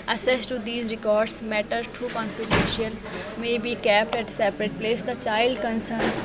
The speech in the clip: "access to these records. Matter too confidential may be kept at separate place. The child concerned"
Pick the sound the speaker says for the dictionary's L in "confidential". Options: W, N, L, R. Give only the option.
N